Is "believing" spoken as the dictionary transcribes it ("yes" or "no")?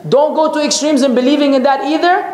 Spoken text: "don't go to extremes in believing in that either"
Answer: yes